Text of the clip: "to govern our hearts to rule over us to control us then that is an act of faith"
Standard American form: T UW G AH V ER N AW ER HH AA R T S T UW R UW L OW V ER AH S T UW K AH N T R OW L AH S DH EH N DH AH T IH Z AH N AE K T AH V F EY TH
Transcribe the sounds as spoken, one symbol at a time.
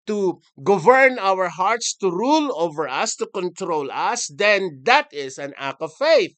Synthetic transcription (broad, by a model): T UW G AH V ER N AW ER HH AA R T S T UW R UW L OW V ER AH S T UW K AH N T R OW L AH S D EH N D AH T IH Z AH N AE K AH V F EY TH